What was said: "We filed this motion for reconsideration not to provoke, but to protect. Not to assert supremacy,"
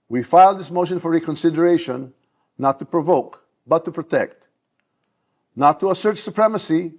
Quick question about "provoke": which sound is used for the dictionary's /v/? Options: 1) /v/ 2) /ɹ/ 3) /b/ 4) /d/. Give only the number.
1